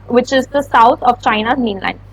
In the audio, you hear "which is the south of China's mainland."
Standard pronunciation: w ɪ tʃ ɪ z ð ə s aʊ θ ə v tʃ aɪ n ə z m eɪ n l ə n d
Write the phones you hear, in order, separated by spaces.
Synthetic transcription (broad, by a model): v ɪ tʃ ɪ z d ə s aʊ t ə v tʃ aɪ n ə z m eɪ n l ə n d